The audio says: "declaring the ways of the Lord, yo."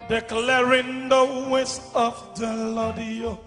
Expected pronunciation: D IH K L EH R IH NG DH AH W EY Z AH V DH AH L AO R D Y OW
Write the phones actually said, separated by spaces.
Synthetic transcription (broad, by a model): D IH K L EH R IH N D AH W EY S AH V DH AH L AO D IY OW